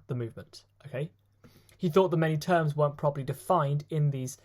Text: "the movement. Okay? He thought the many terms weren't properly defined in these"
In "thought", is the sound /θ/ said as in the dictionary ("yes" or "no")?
yes